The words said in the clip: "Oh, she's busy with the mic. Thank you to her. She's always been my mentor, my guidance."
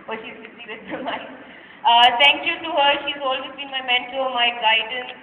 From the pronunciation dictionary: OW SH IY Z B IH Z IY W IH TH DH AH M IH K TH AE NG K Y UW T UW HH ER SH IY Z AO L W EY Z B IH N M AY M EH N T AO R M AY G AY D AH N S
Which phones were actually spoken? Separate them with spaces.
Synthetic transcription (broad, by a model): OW SH IY Z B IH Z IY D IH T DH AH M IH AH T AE NG K Y UW T UW HH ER SH IY Z AO L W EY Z B IH N M AY M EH N T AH L M AY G AY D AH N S